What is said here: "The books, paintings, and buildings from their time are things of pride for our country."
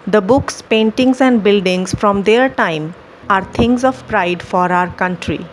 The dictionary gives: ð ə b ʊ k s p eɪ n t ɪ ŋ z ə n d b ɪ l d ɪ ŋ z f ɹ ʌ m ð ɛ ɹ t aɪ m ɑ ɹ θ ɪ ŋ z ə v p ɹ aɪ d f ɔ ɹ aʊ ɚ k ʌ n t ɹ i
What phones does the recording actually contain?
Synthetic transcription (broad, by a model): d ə b ʊ k s p eɪ n t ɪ ŋ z ə n d b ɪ l d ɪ ŋ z f ɹ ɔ m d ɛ ɹ t aɪ m ɑ ɹ t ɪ ŋ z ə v p ɹ aɪ d f ɔ ɹ aʊ ɚ k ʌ n t ɹ i